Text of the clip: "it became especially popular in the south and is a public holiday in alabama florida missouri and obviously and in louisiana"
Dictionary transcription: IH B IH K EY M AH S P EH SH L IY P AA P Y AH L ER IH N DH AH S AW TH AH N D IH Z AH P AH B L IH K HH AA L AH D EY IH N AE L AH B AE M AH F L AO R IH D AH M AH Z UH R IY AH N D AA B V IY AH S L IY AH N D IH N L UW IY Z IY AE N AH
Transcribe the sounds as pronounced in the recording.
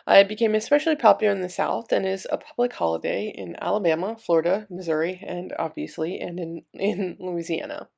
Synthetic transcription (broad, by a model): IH B IH K EY M AH S P EH SH L IY P AA P Y L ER IH N DH AH S AW TH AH N IH Z AH P AH B L IH K HH AA L AH D EY IH N AE L AH B AE M AH F L AO R IH D AH M AH Z UH R IY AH N AA B V IY AH S L IY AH N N IH N L UW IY Z IY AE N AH